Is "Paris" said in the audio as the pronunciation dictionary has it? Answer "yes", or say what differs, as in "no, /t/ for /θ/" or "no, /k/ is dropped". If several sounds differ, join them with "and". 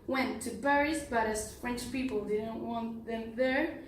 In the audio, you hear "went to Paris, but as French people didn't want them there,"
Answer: no, /b/ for /p/